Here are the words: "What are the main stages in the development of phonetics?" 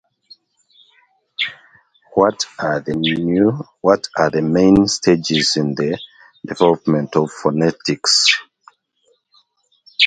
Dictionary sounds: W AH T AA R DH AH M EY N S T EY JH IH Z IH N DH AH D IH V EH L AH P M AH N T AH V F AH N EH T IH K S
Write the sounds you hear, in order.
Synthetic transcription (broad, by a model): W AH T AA W DH AH M EY N S T EY JH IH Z IH N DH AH D IH V EH L AH P M AH N T AH V F AH N EH T IH K S